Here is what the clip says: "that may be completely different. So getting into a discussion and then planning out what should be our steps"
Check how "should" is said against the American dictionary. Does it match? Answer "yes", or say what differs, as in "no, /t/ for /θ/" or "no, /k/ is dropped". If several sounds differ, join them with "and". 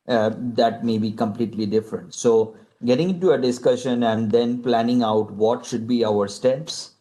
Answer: yes